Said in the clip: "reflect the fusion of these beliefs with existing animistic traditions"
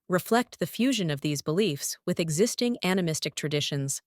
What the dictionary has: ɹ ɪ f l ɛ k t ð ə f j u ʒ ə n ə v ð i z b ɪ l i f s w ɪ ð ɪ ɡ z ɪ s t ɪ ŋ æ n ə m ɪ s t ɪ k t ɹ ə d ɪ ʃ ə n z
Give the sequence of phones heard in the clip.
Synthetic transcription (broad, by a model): ɹ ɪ f l ɛ k t ð ə f j u ʒ ə n ə v ð i z b ɪ l i f s w ɪ ð ɪ ɡ z ɪ s t ɪ ŋ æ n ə m ɪ s t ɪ k t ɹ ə d ɪ ʃ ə n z